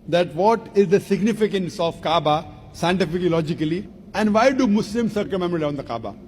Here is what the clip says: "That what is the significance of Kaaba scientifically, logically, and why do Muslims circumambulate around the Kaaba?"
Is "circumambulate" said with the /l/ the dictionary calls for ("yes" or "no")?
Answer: no